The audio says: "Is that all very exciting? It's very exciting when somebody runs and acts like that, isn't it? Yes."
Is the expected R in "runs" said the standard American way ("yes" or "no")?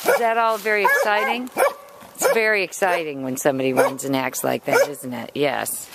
no